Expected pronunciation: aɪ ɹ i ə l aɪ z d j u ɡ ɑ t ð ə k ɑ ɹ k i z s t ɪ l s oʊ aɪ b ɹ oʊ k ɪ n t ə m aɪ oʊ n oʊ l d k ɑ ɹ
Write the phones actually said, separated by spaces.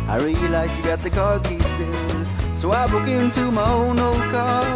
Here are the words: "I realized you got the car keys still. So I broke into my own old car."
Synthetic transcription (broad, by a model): aɪ ɹ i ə l aɪ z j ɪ ɡ ɑ t ð ə k ɑ ɹ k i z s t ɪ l s oʊ aɪ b oʊ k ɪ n t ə m aɪ oʊ n oʊ l d k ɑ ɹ